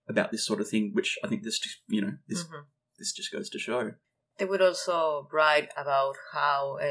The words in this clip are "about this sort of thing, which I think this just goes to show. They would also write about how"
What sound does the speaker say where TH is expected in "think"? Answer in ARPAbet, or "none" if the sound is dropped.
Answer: TH